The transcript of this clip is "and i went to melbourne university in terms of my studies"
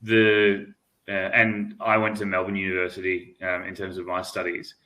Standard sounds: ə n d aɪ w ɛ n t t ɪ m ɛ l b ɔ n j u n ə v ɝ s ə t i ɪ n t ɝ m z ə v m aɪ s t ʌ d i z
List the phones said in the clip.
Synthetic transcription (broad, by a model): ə n aɪ w ɛ n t t ɪ m ɛ l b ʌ n j u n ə v ɝ s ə t i ɪ n t ɝ m z ə v m aɪ s t ʌ d i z